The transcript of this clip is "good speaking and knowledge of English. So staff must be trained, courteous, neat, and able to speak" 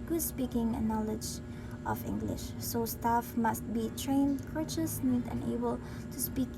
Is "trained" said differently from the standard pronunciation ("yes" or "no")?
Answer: no